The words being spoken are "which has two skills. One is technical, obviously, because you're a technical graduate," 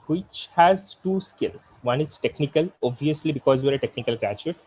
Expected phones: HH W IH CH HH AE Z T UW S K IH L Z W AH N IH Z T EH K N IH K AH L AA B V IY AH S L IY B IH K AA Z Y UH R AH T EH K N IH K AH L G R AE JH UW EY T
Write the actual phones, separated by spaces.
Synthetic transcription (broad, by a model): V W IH CH HH AE Z T UW S K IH L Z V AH N IH Z T EH K N IH K AH L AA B IY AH S L IY B IH K AA Z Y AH R AH T EH K N IH K AH L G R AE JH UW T